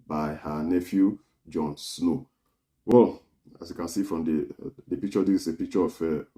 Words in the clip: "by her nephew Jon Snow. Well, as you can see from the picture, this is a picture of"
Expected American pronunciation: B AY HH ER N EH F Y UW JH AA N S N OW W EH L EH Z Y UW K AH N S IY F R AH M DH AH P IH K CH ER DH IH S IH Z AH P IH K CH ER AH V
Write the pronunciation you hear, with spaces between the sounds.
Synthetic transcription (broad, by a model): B AY HH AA N EH F Y UW JH AA N S N OW W EH L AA S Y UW K AH N S IY F R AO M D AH P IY K CH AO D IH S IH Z AH P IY K CH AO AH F